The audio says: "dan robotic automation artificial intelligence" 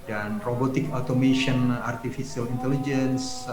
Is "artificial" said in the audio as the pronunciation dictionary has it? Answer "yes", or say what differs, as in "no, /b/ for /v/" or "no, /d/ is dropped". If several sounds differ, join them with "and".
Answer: no, /s/ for /ʃ/